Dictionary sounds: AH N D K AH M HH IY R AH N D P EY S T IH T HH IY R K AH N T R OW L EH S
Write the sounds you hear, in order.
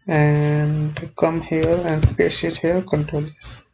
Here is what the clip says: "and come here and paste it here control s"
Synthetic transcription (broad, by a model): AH N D K AH M HH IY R AH N D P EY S IH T HH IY L K AH N T R OW L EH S